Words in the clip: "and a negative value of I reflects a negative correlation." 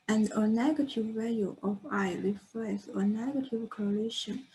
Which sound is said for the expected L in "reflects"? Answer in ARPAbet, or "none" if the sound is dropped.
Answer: none